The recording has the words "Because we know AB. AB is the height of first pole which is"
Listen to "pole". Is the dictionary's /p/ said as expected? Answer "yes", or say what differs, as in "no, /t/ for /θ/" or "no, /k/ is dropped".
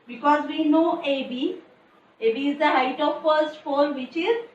no, /f/ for /p/